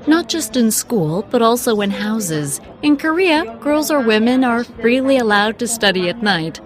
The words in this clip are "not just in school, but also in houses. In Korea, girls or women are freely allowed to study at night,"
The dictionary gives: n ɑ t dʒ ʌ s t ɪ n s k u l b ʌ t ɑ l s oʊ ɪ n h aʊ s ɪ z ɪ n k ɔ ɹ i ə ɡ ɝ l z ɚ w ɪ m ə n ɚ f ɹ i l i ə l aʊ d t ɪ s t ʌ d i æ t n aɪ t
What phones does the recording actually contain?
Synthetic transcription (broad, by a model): n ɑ t dʒ ʌ s t ɪ n s k u l b ʌ t ɑ l s oʊ ɪ n h aʊ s ɪ z ɪ n k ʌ ɹ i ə ɡ ɝ l z ɚ w ɪ m ə n ɚ f ɹ i l i ə l aʊ d t ɪ s t ʌ d i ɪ t n aɪ t